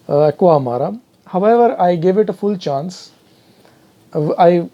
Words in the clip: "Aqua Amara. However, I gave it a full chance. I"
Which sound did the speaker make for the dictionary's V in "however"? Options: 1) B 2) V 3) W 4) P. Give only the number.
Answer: 2